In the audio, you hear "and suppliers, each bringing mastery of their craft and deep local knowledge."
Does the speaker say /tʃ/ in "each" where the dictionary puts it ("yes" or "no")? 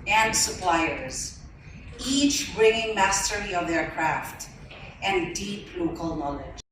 yes